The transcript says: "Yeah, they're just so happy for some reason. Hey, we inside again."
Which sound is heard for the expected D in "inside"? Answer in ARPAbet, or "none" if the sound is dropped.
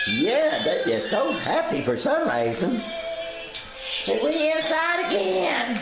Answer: D